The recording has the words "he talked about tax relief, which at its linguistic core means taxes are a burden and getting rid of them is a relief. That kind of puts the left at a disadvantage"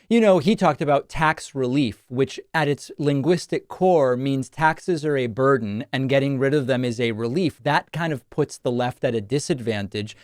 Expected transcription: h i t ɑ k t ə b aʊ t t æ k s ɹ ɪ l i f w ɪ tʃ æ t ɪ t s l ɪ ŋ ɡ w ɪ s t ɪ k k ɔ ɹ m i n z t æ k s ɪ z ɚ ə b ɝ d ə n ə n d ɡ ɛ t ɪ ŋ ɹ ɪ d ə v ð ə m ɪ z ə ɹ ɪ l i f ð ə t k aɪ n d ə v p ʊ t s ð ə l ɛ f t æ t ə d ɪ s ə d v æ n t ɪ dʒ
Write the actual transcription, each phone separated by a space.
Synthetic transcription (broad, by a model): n i t ɑ k t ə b aʊ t t æ k s ɹ ɪ l i f w ɪ tʃ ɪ t ɪ t s l ɪ ŋ ɡ w ɪ s t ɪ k k ɔ ɹ m i n z t æ k s ɪ z ɚ ə b ɝ d n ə n ɡ ɛ t ɪ ŋ ɹ ɪ d ə v ð ə m ɪ z ə ɹ ɪ l i f ð ə t k aɪ n d ə v p ʊ t s ð ə l ɛ f t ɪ t ə d ɪ s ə d v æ n t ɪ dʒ